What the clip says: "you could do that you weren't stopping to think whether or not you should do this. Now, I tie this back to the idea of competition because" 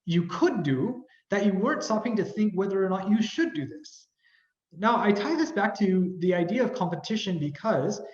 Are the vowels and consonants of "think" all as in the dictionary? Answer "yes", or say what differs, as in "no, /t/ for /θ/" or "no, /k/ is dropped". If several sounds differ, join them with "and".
yes